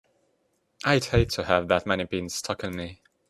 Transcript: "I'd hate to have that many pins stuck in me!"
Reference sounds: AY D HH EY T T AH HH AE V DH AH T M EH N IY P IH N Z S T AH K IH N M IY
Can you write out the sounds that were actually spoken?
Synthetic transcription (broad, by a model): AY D HH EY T T AH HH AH V DH AH T M EH N IY B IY N S T AH K IH N M IY